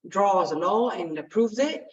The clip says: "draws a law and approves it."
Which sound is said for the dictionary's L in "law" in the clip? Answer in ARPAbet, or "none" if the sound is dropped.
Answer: N